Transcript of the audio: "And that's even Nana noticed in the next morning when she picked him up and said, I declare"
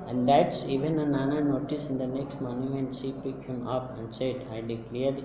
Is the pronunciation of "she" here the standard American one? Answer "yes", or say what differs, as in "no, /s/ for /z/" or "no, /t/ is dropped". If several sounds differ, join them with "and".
no, /s/ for /ʃ/